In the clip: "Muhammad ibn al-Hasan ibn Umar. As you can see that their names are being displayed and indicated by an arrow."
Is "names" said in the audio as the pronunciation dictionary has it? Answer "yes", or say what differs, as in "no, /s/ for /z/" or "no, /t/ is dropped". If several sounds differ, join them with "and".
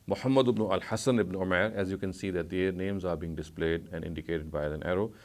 yes